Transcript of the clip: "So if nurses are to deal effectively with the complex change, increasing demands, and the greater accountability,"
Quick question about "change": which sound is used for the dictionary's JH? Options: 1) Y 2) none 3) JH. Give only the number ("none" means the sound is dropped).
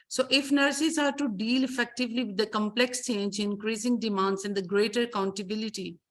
3